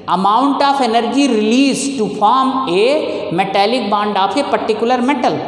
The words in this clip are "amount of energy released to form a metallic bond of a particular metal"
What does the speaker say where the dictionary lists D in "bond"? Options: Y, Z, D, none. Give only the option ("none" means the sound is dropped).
D